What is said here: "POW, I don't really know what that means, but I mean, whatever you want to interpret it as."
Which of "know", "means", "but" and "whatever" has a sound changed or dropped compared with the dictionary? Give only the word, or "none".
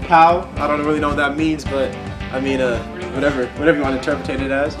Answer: none